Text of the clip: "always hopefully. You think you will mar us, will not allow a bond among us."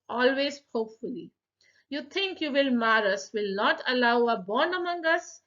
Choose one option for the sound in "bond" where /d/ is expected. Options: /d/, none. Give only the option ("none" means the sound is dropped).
none